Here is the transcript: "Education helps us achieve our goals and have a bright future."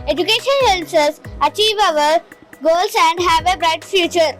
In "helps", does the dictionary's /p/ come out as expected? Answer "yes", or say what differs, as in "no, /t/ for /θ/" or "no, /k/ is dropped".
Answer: no, /p/ is dropped